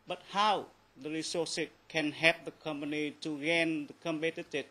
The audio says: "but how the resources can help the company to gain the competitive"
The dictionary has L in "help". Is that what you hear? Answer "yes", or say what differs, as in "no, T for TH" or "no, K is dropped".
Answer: no, L is dropped